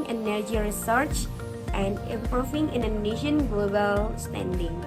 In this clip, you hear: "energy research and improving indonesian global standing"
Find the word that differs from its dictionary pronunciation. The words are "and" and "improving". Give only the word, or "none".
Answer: improving